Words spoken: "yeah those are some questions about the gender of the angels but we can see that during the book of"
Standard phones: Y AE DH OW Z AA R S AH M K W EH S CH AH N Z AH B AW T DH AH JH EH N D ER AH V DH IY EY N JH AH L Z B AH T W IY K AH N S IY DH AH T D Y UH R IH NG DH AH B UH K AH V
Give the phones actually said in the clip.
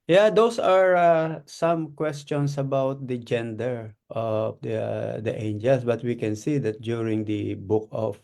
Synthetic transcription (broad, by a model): Y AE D OW S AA R S AH M K W EH S CH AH N S AH B AW T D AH JH EH N D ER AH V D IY EY N JH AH L S B AH T W IY K AH N S IY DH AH T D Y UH R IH NG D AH B UH K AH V